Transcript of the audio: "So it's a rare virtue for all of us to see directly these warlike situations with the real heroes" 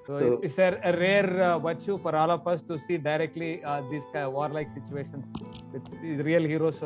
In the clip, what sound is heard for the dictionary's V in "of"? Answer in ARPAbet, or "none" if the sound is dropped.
P